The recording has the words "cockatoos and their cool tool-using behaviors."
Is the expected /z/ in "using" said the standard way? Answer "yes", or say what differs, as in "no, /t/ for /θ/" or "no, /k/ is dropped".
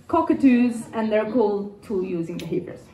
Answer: yes